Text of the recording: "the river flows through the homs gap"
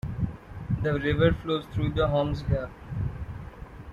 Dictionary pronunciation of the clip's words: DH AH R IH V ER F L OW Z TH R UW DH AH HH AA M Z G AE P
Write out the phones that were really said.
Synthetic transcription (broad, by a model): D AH R IH V ER F L OW Z T R UW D AH HH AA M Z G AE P